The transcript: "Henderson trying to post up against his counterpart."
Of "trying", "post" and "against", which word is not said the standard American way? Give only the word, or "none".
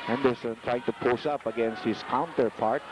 post